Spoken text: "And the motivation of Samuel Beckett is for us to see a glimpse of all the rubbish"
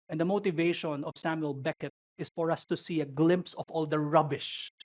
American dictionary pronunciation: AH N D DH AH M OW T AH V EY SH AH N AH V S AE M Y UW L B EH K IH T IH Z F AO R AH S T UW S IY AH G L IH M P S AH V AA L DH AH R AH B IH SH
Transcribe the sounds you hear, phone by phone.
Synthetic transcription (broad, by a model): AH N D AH M OW T AH V EY SH AH N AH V S AE M Y UW L B EH K IH T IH S F AO R AH S T UW S IY AH G L IH M P S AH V AA L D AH R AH B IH SH